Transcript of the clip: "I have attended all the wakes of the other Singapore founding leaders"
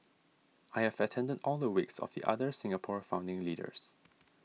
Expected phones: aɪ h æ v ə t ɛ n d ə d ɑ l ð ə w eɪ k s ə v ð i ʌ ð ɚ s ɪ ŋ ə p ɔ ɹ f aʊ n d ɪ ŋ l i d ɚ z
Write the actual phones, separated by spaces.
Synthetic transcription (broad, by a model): aɪ h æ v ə t ɛ n d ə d ɑ l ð ə w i k s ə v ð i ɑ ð ɚ s ɪ ŋ ə p ɔ ɹ f aʊ n d ɪ ŋ l i d ɚ s